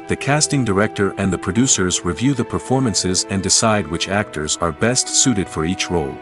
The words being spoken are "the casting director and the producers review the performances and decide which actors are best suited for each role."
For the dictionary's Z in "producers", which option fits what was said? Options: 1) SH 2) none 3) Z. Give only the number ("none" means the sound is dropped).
3